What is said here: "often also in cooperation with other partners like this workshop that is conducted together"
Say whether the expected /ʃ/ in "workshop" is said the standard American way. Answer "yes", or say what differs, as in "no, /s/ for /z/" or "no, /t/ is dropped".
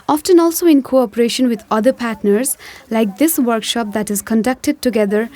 yes